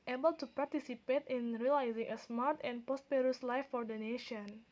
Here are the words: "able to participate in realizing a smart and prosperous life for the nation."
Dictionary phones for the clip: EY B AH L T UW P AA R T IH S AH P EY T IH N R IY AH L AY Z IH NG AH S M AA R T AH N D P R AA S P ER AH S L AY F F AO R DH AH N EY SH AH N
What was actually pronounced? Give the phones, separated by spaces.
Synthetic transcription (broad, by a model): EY B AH L T UW P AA R T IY S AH P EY T IH N R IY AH L AY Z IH NG AH S M AA R T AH N P AA S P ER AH S L AY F F AO R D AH N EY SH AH N